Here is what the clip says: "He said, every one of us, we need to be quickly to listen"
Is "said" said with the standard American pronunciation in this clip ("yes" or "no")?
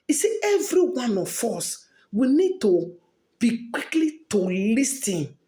no